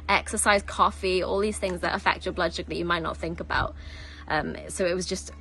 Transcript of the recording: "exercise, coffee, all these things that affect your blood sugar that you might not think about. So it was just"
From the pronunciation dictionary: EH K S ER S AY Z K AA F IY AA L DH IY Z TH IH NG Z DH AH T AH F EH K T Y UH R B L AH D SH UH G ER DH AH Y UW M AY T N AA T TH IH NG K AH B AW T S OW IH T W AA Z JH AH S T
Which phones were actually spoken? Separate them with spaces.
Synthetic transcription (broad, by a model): EH K S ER S AY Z K AA F IY AA L DH IY Z TH IH NG Z DH AH T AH F EH K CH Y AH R B L AH D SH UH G DH AH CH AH M AY T N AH T TH IH NG K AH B AW T S OW IH T W AA Z JH AH S T